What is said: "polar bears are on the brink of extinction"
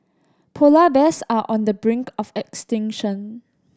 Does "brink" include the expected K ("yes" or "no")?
yes